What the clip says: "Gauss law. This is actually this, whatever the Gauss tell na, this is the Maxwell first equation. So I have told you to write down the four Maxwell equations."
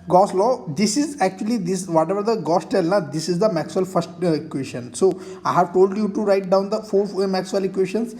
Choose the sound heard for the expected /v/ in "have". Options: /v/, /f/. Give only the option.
/v/